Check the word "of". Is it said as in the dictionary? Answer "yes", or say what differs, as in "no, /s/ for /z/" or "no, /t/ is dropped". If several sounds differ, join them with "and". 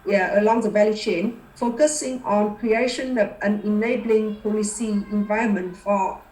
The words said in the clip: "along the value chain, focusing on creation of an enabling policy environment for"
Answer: no, /p/ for /v/